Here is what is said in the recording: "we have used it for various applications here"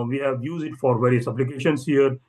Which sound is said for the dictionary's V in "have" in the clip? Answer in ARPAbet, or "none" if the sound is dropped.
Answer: V